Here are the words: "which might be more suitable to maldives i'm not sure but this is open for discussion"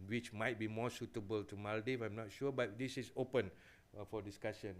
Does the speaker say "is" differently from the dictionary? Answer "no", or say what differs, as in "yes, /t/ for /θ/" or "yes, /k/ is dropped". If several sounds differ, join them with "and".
yes, /s/ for /z/